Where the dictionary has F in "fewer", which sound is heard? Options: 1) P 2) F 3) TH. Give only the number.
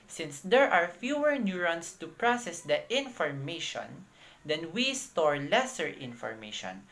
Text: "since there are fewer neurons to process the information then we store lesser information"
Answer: 2